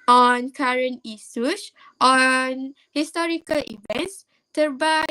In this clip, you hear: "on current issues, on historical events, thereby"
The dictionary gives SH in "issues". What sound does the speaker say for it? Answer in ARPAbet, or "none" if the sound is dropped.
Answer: S